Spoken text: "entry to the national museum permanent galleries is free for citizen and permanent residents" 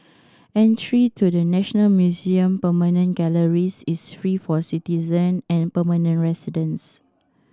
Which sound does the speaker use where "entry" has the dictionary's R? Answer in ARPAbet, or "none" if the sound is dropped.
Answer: R